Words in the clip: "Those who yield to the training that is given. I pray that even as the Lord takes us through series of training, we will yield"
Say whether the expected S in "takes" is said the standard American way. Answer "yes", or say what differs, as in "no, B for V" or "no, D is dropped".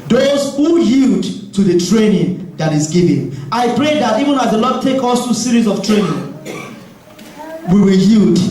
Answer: no, S is dropped